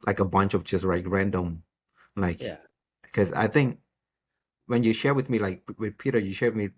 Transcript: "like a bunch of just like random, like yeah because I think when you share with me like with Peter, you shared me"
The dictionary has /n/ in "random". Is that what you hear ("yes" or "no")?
yes